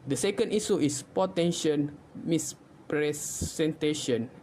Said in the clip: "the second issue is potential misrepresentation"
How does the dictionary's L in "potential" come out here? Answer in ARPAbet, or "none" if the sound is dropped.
N